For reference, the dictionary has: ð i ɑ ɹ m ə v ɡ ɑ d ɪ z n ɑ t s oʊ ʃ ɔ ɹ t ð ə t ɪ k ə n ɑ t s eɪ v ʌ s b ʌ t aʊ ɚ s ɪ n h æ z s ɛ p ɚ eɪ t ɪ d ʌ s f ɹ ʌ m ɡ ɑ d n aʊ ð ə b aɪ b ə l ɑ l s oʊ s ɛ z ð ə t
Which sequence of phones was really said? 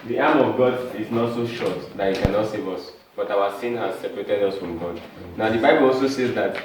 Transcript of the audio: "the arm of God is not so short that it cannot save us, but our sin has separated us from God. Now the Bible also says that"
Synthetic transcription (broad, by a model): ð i ɑ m ə v ɡ ɑ d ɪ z n ɑ t s oʊ ʃ ɔ t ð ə t ɪ k ə n ɑ t s eɪ v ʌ s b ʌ t aʊ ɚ s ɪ n h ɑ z s ɛ p ɚ eɪ t ɪ d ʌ s f ɹ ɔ m ɡ ɑ d n aʊ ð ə b aɪ b ə l ɑ l s oʊ s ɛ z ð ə t